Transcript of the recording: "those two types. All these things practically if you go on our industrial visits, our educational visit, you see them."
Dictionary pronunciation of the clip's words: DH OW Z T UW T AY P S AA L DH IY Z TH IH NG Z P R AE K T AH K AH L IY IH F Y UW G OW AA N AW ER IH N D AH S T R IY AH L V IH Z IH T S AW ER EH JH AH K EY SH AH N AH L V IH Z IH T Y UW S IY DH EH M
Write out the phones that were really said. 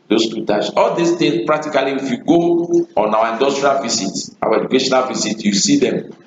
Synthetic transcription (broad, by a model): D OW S T UW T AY S AA L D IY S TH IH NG S P R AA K T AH K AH L IY IH F Y UW G OW AA N AW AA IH N D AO S T R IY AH L V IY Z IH T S AW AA EH JH AH K EY SH AH N AH L V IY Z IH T Y UW S IY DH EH M